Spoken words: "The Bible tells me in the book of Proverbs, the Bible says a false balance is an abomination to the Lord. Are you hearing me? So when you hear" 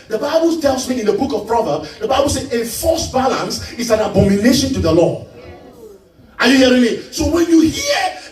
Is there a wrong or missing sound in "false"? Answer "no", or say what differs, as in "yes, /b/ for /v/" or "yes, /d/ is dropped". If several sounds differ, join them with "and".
yes, /l/ is dropped